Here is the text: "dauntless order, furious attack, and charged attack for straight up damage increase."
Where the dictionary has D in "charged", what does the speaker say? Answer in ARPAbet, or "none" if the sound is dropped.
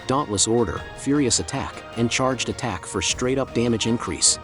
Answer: D